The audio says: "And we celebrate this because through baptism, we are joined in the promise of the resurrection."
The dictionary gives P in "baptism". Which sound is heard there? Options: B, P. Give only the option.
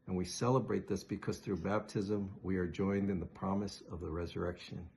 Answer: P